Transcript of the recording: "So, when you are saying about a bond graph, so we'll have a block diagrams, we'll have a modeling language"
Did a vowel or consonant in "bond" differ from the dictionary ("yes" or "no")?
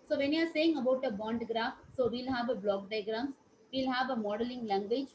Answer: no